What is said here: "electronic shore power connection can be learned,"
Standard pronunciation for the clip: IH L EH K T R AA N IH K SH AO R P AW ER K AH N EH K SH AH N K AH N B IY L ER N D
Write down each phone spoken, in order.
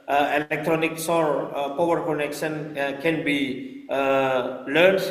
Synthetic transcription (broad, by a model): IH L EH K T R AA N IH K S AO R P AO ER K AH N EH K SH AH N K AH N B IY L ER N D